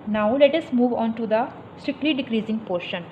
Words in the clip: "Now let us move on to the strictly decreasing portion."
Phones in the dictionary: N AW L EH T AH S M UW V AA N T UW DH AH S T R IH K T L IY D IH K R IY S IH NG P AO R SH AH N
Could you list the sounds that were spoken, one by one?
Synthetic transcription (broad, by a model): N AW L EH T AH S M UW V AA N T UW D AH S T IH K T L IY D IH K R IY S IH NG P AO R SH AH N